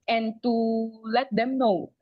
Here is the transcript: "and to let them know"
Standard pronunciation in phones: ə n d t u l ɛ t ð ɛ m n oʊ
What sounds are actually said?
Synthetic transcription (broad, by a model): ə n t u l ɛ t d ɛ m n oʊ